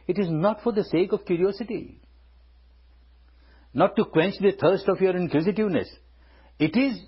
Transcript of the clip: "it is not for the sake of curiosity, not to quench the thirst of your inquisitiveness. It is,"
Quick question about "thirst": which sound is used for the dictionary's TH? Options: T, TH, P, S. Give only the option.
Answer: T